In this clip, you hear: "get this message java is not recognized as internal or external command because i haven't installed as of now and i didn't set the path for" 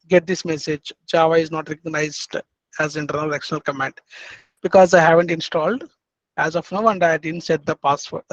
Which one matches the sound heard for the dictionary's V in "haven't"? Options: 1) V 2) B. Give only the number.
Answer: 1